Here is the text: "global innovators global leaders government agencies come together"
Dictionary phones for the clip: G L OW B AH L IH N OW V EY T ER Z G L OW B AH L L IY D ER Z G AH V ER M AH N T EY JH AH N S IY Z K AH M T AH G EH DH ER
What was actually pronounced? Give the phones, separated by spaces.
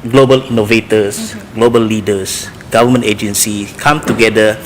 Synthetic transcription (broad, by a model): G L OW B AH L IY N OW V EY T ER S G L OW B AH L L IY D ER S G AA V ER M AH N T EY JH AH N S IY K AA M T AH G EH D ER